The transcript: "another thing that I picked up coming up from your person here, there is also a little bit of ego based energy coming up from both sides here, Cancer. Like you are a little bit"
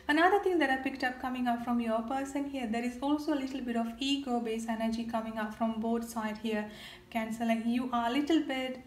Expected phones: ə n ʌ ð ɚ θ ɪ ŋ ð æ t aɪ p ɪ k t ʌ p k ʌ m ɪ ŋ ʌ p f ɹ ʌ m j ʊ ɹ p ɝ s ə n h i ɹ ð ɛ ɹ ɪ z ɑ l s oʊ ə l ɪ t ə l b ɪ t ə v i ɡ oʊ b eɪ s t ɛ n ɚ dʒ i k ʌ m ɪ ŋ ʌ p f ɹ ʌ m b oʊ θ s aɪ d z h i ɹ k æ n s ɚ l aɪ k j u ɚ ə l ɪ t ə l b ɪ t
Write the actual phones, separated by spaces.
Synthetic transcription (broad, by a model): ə n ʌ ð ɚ t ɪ ŋ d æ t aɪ p ɪ k t ʌ p k ʌ m ɪ ŋ ʌ p f ɹ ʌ m j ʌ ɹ p ɝ s ə n h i ɹ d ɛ ɹ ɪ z ɑ l s oʊ ə l ɪ t ə l b ɪ t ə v i ɡ oʊ b eɪ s ɛ n ɚ dʒ i k ʌ m ɪ ŋ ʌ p f ɹ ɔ m b oʊ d s aɪ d h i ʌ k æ n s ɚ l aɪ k j u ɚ ə l ɪ t ə l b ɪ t